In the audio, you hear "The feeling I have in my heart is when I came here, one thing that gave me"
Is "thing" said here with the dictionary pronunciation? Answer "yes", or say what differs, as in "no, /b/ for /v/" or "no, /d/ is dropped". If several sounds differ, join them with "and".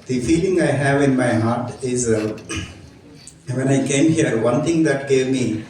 no, /t/ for /θ/